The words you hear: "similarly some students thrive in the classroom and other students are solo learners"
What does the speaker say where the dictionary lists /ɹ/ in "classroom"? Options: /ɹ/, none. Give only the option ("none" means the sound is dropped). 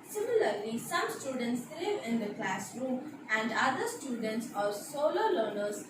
/ɹ/